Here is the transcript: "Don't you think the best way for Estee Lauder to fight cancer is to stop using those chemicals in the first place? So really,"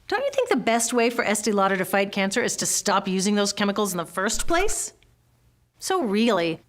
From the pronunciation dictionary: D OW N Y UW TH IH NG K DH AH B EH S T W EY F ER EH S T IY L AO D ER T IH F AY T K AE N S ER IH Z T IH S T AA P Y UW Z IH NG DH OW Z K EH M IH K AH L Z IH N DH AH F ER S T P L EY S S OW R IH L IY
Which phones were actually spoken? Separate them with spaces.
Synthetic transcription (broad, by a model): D OW N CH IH TH IH NG K DH AH B EH S T W EY F ER EH S T IY L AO D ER T IH F AY T K AE N S ER IH Z T IH S T AA P Y UW Z IH NG DH OW Z K EH M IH K L Z N DH AH F ER S T P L EY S S OW R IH L IY